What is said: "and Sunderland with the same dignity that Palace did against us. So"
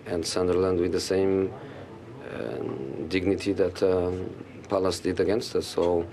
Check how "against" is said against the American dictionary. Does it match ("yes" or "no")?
yes